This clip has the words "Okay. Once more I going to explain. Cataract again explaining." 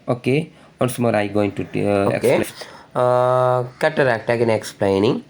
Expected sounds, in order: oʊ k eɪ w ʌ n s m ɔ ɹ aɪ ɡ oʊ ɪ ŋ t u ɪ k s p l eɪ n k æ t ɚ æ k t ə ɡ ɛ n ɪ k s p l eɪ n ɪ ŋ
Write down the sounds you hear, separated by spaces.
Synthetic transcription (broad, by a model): oʊ k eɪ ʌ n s m ɔ ɹ aɪ ɡ oʊ ɪ ŋ t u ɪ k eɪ l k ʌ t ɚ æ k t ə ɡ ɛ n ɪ k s p l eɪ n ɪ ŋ